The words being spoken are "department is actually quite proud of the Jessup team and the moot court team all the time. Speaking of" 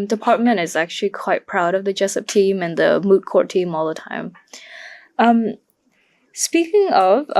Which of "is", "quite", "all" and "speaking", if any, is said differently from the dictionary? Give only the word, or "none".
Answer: none